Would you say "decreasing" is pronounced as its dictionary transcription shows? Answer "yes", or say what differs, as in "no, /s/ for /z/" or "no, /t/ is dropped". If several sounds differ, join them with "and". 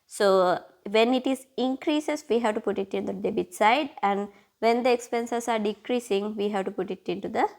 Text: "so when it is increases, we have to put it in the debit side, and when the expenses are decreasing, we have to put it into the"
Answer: yes